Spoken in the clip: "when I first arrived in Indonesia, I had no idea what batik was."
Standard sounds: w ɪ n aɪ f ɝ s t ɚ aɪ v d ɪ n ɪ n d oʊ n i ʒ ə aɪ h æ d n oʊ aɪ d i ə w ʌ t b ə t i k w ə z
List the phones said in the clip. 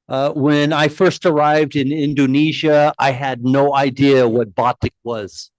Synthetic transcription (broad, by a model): w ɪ n aɪ f ɝ s t ɚ aɪ v d ɪ n ɪ n d oʊ n i ʒ ə aɪ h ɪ d n oʊ aɪ d i ə w ʌ t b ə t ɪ k w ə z